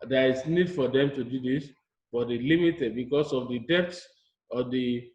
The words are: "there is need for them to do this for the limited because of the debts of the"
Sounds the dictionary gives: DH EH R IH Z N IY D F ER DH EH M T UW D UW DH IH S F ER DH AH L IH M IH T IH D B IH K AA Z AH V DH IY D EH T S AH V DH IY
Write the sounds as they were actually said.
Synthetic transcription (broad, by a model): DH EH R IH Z N IY D F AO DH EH M T UW D UW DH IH S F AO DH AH L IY M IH T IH D B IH K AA S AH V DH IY D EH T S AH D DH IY